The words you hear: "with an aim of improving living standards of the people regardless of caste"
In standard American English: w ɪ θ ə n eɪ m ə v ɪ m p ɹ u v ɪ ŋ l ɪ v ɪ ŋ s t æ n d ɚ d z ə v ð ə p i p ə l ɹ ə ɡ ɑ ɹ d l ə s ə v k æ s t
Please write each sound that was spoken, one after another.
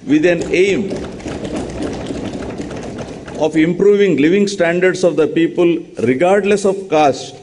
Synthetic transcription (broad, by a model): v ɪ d ə n eɪ m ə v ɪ m p ɹ u v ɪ ŋ l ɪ v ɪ ŋ s t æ n d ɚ d s ə v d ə p i p ə l ɹ ə ɡ ɑ ɹ d l ə s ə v k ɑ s t